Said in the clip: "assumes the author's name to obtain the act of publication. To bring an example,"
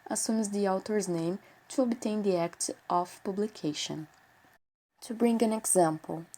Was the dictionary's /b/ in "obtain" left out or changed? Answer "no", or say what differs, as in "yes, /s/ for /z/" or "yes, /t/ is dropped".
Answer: no